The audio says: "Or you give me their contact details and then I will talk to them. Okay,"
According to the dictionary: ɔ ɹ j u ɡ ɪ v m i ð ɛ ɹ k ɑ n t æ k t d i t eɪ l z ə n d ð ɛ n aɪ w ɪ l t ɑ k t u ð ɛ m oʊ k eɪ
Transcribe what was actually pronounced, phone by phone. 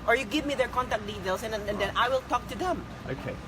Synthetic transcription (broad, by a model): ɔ ɹ j u ɡ ɪ v m i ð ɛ ɹ k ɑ n t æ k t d i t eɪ l s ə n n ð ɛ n aɪ w ɪ l t ɑ k t u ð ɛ m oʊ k eɪ